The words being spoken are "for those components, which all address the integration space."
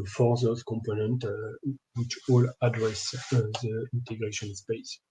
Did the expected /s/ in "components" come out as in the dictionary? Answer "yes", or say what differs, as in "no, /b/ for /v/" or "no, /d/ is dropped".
no, /s/ is dropped